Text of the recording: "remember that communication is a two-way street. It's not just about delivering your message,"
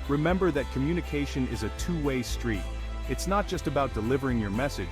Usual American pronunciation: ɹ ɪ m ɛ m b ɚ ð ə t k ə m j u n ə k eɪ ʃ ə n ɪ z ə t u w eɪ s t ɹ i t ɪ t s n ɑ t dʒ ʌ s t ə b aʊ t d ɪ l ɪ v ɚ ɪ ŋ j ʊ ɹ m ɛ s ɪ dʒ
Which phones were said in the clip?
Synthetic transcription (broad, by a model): ɹ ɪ m ɛ m b ɚ ð ə t k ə m j u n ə k eɪ ʃ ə n ɪ z ə t u w eɪ s t ɹ i t ɪ t s n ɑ t dʒ ʌ s t ə b aʊ t d ɪ l ɪ v ɚ ɪ ŋ j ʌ ɹ m ɛ s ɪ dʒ